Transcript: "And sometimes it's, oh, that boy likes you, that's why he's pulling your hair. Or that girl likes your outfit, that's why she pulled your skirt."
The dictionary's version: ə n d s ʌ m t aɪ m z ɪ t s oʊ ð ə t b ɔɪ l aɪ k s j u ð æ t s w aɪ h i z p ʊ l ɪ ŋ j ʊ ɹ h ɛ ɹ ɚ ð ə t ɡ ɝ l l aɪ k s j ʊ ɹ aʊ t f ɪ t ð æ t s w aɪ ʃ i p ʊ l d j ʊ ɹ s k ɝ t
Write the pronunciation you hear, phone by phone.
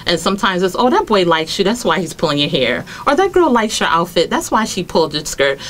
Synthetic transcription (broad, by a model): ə n s ʌ m t aɪ m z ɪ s oʊ ð ə t b ɔɪ l aɪ k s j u ð æ t s w aɪ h i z p ʊ l ɪ ŋ j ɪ h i ɹ ɚ ð ə t ɡ ɝ l l aɪ k s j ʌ ɹ aʊ t f ɪ t ð æ t s w aɪ ʃ i p ʊ l d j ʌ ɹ s k ɝ t